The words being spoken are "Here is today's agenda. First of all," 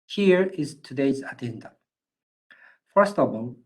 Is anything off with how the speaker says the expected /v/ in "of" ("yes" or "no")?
yes